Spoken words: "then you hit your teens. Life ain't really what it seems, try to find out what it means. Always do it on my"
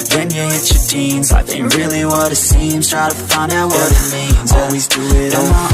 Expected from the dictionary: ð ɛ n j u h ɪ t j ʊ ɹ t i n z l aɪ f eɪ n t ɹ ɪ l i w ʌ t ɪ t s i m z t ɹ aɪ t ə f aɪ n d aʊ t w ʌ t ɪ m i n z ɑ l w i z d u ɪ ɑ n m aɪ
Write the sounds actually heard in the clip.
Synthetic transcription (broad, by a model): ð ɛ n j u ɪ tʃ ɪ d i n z aɪ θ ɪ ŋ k ɹ ɪ l i w ʌ t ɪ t s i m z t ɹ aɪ t ə f aɪ n d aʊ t w ʌ t ɪ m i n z ɑ l w i z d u ɪ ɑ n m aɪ